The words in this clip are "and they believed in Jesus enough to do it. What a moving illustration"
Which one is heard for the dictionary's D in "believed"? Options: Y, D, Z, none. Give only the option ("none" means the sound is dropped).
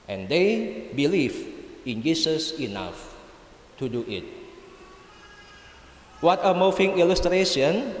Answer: none